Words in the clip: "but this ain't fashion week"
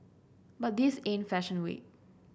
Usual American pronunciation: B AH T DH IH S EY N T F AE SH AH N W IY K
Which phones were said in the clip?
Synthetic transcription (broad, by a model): B AH T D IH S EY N F AE SH AH N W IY